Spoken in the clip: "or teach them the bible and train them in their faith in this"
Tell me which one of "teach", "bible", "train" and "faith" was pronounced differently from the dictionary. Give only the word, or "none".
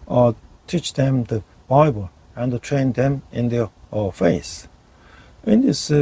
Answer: faith